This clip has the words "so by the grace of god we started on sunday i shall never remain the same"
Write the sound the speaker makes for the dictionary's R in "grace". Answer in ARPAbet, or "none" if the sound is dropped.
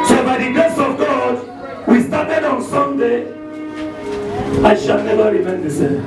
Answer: none